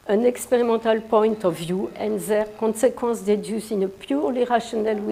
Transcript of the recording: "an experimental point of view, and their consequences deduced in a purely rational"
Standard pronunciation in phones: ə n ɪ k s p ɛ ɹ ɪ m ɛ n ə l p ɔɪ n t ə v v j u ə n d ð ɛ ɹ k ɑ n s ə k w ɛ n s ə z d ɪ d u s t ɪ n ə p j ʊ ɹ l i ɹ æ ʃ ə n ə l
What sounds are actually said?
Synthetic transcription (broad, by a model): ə n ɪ k s p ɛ ɹ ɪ m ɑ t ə l p ɔɪ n t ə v v j u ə n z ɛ ɹ k ɑ s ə k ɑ s d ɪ d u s ɪ n ə p j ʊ ɹ l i ɹ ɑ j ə n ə l